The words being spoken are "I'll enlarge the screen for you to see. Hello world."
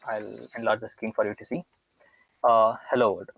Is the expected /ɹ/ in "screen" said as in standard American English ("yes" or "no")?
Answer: no